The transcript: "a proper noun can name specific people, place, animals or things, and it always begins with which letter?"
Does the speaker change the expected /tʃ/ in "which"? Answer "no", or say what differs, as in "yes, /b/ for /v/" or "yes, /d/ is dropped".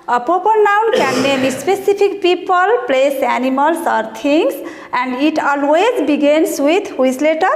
yes, /s/ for /tʃ/